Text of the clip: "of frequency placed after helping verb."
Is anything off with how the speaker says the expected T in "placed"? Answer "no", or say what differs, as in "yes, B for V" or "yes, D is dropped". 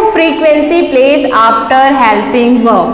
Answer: yes, T is dropped